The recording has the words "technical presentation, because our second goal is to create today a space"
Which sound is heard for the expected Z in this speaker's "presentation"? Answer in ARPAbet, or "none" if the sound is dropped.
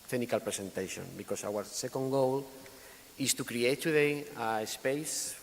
S